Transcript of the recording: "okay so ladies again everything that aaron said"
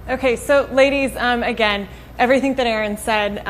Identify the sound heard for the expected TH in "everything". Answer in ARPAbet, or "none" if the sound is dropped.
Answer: TH